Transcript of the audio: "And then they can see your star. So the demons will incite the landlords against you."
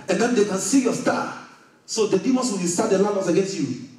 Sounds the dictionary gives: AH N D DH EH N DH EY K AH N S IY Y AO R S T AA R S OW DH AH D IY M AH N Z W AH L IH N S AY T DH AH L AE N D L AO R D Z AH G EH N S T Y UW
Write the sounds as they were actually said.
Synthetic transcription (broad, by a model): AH N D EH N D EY K AH N S IY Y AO S T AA S OW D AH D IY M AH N S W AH W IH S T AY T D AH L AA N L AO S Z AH G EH N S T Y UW